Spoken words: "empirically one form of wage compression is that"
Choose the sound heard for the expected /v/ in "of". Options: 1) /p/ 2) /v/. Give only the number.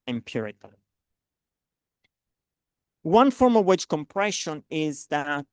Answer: 2